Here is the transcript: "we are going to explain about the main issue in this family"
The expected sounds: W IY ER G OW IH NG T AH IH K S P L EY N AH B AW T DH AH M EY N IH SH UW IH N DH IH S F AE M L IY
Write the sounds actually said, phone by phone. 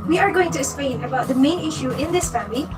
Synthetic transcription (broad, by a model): W IY ER G OW IH NG T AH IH S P EY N AH B AW T DH AH M EY N IH SH UW IH N DH IH S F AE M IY